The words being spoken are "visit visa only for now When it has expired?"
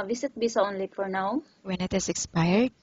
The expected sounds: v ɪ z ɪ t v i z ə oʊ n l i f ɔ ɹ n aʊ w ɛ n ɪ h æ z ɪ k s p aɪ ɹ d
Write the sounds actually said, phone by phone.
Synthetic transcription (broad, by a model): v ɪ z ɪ t b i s oʊ n l i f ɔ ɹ n aʊ w ɛ n ɪ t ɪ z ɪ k s p aɪ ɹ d